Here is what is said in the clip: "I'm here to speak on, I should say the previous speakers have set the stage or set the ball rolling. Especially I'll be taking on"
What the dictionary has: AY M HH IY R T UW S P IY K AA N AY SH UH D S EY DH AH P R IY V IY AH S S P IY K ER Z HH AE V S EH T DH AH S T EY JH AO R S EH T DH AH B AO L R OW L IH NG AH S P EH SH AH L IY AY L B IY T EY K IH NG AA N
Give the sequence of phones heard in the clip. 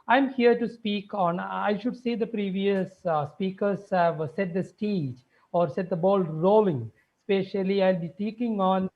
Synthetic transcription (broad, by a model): AY M HH IY R T UW S P IY K AA N AY SH UH D S EY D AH P R IY V IY AH S S P IY K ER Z HH AE V S EH T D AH S T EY JH AO R S EH T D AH B AO L R OW L IH NG S P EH SH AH L IY AY L B IY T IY K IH NG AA N